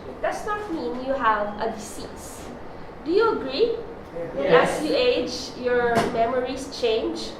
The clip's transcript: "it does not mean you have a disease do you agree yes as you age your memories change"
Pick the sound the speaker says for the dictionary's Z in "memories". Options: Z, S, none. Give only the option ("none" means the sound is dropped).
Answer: S